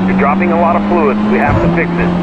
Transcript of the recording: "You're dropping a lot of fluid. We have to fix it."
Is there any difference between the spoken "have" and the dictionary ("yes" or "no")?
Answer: yes